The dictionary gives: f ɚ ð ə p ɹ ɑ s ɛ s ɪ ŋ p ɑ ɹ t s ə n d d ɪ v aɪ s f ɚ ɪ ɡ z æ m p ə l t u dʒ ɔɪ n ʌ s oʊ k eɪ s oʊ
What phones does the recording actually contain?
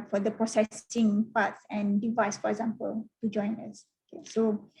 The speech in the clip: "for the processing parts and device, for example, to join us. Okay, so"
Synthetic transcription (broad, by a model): f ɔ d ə p ɹ ɑ s ɛ s ɪ ŋ p ɑ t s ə n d d ɪ v aɪ s f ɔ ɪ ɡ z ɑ m p ə l t u dʒ ɔɪ n ʌ s oʊ k eɪ s oʊ